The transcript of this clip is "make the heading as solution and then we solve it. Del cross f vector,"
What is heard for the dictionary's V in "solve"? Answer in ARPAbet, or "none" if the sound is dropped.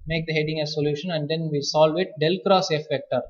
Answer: V